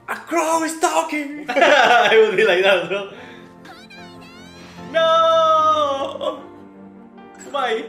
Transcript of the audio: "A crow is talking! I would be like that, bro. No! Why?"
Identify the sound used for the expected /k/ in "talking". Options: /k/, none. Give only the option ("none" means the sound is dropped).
/k/